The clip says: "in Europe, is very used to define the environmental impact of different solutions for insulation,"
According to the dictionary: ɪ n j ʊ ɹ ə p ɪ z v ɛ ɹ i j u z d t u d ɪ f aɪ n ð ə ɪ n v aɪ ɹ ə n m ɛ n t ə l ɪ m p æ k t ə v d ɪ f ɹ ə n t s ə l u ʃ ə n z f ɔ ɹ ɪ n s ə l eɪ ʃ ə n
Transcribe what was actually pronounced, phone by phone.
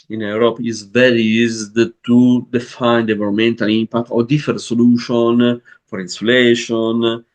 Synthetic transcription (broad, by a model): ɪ n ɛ ɹ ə p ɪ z v ɛ ɹ i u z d t u d ɪ f aɪ n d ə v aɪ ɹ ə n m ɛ n t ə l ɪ m p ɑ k t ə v d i f ə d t s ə l u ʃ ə n f ɔ ɹ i n s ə l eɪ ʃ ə n